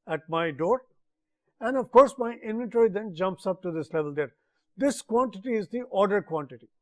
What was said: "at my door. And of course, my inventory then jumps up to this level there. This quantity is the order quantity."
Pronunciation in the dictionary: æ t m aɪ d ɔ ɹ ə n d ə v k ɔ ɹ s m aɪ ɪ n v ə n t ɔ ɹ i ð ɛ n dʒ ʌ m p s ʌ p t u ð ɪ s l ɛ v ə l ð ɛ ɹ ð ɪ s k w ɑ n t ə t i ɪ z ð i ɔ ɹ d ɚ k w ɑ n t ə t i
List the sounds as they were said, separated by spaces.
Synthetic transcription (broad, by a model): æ t m aɪ d ɔ ɹ ə n d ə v k ɔ ɹ s m aɪ ɪ n v ə n t ɔ ɹ i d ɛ n dʒ ʌ m p s ʌ p t u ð ɪ s l ɛ v ə l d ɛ ɹ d ɪ s k w ɑ n t ə t i ɪ z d i ɔ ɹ d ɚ k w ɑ n t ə t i